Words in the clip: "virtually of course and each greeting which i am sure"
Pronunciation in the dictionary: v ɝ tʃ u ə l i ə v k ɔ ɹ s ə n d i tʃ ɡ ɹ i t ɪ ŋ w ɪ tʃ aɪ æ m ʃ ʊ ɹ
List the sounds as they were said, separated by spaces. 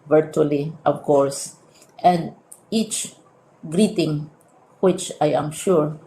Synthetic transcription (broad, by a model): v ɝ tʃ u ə l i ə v k ɔ ɹ s ə n d i tʃ ɡ ɹ i t ɪ ŋ w ɪ tʃ aɪ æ m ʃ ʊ ɹ